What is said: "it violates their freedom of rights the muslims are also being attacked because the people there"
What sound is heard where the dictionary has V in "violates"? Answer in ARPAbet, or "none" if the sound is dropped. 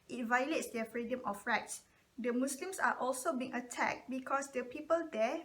V